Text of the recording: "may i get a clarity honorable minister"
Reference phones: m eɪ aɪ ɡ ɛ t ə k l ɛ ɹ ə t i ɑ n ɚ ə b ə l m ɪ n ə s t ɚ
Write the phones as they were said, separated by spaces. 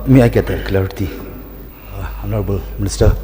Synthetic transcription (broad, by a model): m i aɪ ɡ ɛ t ə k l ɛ ə t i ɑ n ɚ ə b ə l m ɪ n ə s t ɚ